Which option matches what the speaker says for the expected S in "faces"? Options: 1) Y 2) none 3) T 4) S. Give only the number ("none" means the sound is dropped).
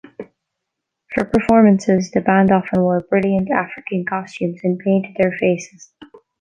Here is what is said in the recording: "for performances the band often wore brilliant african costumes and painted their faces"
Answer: 4